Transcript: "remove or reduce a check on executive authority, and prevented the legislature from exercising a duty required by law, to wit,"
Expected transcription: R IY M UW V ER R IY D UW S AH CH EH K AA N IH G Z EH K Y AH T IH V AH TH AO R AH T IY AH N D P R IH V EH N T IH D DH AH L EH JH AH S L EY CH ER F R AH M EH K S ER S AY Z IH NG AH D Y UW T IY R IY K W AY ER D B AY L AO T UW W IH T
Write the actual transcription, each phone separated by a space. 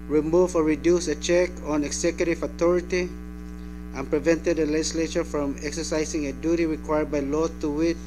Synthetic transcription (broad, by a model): R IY M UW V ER R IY D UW S AH CH EH K AA N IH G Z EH K Y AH T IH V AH T AO R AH T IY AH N P R IH V EH N T IH D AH L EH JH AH S L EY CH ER F R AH M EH K S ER S AY S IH NG AH D Y UW T IY R IY K W AY ER D B AY L AO T UW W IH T